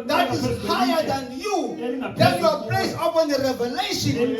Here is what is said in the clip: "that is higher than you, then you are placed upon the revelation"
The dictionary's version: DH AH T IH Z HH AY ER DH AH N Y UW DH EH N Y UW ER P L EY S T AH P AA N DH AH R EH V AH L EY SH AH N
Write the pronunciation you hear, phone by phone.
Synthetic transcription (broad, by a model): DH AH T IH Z HH AY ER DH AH N Y UW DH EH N Y UW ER P L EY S AH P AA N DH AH R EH V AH L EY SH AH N